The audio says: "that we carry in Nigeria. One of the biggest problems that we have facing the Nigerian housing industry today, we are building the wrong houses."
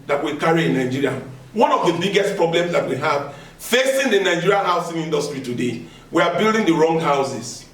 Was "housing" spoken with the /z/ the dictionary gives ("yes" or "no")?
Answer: no